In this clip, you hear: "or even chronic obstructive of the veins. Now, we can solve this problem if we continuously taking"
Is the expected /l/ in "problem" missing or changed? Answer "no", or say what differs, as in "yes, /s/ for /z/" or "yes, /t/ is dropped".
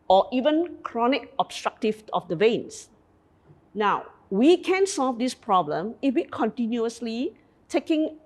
no